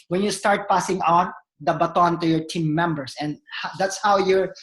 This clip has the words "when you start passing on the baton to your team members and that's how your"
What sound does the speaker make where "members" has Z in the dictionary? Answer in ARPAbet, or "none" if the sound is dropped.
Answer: S